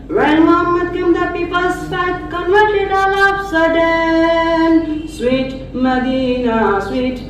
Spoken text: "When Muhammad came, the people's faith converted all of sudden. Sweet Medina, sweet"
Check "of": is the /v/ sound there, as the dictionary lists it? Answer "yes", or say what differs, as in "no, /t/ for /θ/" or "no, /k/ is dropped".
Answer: no, /p/ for /v/